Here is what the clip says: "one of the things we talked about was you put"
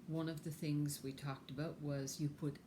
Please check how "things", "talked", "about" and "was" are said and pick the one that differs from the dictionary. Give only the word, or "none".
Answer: none